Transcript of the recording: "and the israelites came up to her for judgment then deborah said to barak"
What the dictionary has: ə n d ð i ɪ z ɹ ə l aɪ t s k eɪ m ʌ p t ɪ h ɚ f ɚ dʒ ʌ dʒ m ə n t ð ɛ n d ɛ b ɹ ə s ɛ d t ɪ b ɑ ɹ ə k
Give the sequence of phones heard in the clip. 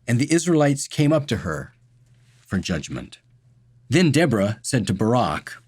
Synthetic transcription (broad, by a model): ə n ð i ɪ z ɹ ə l aɪ t s k eɪ m ʌ p t ɪ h ɚ f ɚ dʒ ʌ dʒ m ə n t ð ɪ n d ɛ b ɹ ə s ɛ d t ɪ b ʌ ɹ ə k